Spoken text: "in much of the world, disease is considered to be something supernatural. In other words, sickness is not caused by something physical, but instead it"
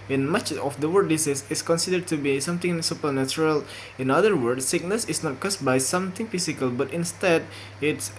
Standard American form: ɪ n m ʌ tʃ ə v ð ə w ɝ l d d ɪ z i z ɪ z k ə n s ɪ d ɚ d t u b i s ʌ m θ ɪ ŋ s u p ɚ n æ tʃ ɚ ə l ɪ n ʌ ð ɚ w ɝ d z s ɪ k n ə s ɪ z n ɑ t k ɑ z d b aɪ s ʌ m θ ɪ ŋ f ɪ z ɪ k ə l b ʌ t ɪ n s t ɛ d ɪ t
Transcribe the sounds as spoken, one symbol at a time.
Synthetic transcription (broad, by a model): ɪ n m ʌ tʃ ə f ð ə w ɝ d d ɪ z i s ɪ s k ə n s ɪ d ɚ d t u b i s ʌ m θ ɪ ŋ s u p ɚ n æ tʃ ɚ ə l ɪ n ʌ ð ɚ w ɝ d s s ɪ k n ə s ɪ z n ɑ t k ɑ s b aɪ s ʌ m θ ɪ ŋ f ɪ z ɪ k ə l b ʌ t ɪ n s t ɛ d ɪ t